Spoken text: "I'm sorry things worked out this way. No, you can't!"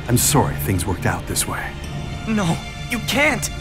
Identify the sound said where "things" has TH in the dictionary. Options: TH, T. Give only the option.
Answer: TH